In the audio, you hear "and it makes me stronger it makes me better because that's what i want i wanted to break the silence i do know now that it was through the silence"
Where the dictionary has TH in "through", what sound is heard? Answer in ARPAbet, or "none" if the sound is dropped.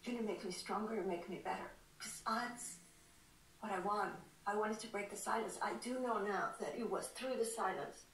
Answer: TH